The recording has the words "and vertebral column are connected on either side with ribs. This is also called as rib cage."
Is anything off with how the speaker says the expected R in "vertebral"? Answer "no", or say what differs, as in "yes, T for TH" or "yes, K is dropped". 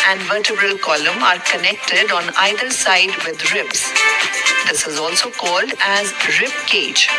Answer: no